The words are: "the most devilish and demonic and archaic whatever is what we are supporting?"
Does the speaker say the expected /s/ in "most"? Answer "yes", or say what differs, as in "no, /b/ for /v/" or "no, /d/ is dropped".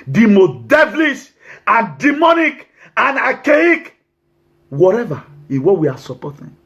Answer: no, /s/ is dropped